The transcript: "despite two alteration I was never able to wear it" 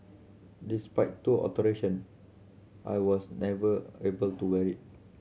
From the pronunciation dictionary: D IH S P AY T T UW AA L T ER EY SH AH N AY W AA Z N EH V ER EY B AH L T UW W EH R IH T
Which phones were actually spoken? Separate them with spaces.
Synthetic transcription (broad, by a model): D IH S P AY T T UW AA T ER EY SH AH N AY W AA S N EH V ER EY B AH L T UW W EH R IH T